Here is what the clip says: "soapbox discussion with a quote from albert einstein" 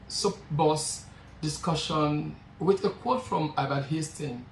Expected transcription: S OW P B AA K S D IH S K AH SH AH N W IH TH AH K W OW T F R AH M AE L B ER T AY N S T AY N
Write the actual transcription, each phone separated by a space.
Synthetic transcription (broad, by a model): S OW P B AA S D IH S K AH SH AH N W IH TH AH K W OW T F R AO M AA B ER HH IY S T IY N